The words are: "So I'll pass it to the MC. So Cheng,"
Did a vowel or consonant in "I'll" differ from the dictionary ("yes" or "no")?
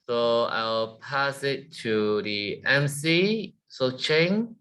yes